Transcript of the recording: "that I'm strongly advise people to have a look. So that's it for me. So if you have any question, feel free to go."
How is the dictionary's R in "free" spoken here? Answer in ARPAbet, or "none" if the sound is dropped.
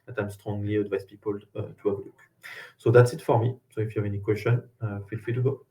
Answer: none